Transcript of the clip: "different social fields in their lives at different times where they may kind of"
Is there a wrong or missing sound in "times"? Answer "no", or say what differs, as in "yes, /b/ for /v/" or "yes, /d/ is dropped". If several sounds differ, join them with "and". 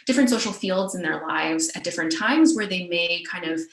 no